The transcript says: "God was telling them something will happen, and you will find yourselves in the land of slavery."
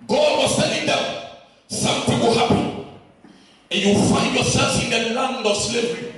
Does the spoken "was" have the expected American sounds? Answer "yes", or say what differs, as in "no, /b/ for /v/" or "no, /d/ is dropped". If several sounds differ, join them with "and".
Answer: no, /s/ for /z/